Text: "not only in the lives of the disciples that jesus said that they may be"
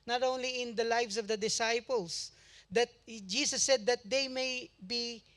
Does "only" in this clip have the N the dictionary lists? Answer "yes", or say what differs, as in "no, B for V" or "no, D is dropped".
yes